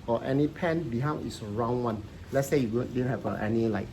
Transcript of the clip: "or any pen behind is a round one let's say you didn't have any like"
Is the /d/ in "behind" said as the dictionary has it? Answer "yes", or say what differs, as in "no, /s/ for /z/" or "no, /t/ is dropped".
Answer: no, /d/ is dropped